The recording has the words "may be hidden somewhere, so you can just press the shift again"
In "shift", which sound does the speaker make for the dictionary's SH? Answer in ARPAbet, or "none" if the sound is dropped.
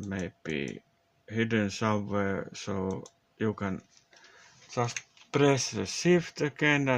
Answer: S